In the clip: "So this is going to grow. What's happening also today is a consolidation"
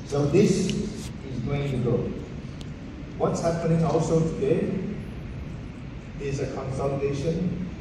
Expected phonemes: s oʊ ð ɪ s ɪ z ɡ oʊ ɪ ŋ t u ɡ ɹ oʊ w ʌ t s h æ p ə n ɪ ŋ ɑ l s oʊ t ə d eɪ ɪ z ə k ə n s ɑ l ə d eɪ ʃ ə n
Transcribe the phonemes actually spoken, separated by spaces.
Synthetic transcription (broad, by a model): s oʊ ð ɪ s ɪ z ɡ oʊ ɪ ŋ t u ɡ oʊ w ʌ t s h æ p ə n ɪ ŋ ɑ l s oʊ t ə d eɪ ɪ z ə k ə n s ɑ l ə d eɪ ʃ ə n